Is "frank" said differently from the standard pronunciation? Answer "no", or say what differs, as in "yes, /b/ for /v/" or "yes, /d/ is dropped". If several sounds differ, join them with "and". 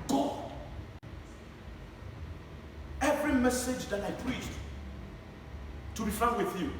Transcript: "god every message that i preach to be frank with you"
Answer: yes, /ɹ/ is dropped